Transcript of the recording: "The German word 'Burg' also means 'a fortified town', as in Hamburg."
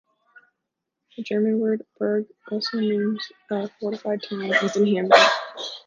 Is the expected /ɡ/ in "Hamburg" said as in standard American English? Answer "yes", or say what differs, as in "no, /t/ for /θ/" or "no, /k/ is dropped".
no, /ɡ/ is dropped